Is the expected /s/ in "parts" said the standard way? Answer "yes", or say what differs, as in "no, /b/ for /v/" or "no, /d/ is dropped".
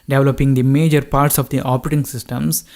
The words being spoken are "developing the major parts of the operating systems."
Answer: yes